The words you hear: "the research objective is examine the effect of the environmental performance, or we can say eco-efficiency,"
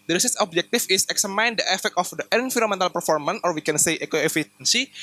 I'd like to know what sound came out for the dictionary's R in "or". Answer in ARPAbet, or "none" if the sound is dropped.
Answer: R